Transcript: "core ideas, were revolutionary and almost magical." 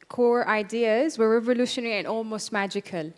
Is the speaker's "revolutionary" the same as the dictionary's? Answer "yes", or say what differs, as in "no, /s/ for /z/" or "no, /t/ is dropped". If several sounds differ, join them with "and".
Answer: yes